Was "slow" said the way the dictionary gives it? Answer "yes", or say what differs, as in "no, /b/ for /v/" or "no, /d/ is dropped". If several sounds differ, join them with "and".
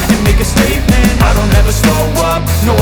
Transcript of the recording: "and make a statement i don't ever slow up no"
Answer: no, /l/ is dropped